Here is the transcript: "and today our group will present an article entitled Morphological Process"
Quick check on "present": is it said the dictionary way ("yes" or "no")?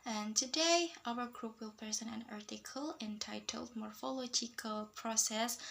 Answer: no